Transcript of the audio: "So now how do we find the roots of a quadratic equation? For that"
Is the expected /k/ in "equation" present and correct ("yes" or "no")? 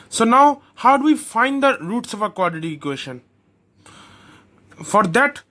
no